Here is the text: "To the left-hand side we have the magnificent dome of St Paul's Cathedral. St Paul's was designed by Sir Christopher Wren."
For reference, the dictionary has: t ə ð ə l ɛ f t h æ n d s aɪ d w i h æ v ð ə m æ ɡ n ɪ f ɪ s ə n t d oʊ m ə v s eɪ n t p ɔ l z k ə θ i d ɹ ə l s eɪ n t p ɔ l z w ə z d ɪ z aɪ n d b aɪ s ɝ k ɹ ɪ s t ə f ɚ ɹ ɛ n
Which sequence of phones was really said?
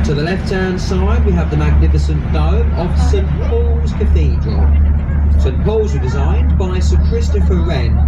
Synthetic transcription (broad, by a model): t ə ð ə l ɛ f t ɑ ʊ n s aɪ d w i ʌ v ð ə m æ ɡ n ɪ f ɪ s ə n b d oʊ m ə v s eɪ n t p ɔ l z k ə θ i d ɹ ə l s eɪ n p ɔ l z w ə d ɪ z aɪ n b aɪ s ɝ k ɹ ɪ s t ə f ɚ ɹ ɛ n